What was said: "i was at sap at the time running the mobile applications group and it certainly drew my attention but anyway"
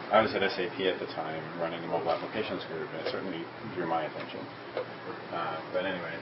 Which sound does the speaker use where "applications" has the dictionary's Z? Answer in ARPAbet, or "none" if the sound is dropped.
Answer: Z